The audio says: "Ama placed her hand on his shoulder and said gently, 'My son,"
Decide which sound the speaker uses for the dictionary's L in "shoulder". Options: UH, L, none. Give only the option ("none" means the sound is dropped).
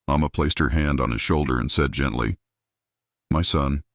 L